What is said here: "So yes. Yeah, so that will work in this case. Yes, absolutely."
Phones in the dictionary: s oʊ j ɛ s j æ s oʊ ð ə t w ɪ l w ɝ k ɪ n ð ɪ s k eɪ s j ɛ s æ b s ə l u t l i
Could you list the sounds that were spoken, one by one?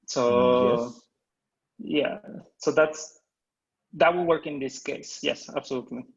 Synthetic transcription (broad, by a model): s oʊ j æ s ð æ s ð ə t w ɪ l w ɝ k ɪ n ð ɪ s k eɪ s j ɛ s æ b s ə l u t l i